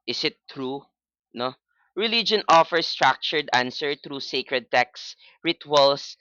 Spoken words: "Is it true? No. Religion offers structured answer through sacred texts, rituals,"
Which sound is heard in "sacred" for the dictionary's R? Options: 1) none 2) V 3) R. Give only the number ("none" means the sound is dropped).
3